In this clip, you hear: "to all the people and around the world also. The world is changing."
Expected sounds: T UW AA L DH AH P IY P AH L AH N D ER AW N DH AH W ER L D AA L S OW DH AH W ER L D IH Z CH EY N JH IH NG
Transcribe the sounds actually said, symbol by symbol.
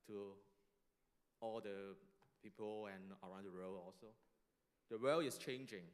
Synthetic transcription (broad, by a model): T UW AA L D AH P IY P AH L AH N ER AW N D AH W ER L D AA L S OW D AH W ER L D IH S CH EY N JH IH NG